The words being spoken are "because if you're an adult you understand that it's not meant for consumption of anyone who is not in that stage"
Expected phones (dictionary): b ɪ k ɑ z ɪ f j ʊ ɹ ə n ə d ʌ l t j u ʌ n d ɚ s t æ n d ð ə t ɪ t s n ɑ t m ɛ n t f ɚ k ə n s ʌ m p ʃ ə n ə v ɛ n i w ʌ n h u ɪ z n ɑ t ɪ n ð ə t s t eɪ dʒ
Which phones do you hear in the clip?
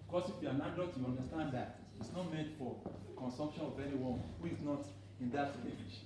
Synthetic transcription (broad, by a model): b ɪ k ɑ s ɪ f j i ə n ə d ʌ t j u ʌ n d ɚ s t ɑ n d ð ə t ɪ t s n ɑ t m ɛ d f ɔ k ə n s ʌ m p ʃ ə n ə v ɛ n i w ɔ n h u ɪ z n ɑ t ɪ n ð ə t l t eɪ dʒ